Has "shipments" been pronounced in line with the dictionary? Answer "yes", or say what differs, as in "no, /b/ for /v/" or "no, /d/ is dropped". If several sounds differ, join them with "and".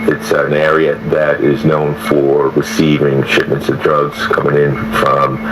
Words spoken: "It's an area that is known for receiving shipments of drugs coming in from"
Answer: yes